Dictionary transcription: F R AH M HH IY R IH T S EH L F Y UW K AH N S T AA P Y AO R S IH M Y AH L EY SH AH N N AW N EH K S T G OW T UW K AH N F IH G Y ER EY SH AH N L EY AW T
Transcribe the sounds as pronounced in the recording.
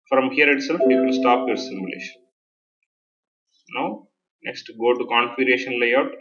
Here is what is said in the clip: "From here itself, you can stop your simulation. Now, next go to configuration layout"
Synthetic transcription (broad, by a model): F R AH M HH IY R IH T S EH L F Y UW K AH L S T AA P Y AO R S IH M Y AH L EY SH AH N N AW N EH K S T G OW T UW K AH N P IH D EY SH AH N L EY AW T